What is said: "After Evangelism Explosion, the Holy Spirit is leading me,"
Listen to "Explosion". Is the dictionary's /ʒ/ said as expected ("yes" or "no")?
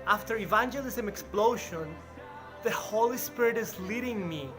no